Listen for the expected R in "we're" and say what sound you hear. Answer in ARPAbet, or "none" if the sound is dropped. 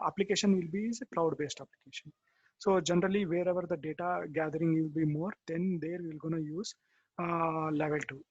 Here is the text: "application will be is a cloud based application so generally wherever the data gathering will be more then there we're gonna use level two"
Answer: L